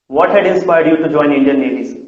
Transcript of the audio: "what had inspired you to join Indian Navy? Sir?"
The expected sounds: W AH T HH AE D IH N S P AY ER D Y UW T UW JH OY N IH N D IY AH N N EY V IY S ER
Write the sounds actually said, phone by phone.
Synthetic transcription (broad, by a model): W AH T HH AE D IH N S P AY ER D Y UW T UW JH OY N IH N D IY AH N L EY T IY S